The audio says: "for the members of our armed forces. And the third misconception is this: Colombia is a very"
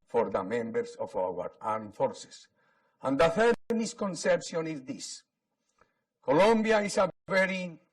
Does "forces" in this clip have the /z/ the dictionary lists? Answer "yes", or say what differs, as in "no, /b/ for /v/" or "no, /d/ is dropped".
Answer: no, /s/ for /z/